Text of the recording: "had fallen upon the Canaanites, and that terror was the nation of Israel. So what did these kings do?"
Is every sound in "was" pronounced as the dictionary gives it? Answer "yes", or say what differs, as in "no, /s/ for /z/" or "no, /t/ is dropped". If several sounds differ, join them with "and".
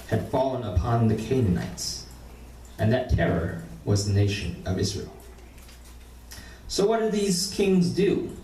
yes